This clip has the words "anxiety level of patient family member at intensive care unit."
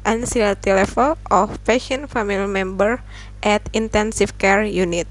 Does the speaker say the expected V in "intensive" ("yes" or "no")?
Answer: no